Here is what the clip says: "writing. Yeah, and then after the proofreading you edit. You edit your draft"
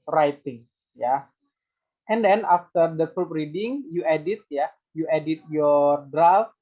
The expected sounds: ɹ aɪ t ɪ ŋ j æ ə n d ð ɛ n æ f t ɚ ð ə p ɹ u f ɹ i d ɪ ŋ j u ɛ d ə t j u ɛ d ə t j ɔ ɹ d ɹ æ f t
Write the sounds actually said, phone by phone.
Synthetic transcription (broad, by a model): ɹ aɪ t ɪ ŋ j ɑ ə n d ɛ n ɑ f t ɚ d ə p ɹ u p ɹ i d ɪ ŋ j u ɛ d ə t j u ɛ d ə t j ɔ ɹ d ɹ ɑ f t